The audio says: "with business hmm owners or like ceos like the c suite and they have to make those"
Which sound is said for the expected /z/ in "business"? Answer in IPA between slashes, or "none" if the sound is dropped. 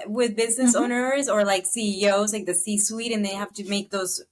/z/